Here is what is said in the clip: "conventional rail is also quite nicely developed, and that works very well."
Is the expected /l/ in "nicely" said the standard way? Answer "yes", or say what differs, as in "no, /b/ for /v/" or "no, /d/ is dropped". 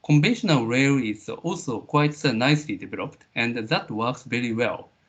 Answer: yes